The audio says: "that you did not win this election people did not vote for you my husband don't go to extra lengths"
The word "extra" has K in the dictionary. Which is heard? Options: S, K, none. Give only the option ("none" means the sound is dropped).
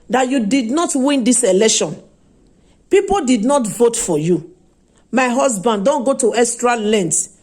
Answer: none